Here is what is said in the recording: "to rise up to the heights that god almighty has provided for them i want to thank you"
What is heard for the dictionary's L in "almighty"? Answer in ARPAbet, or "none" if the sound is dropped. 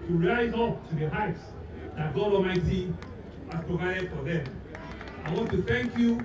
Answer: none